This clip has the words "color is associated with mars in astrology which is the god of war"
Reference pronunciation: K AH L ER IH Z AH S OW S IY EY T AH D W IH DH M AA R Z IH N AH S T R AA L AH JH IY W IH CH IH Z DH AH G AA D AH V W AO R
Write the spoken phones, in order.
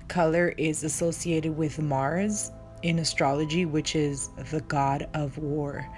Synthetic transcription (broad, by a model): K AH L ER IH Z AH S OW S IY EY T AH D W IH DH M AA R Z IH N AH S T R AA L AH JH IY W IH CH IH Z DH AH G AA D AH V W AO R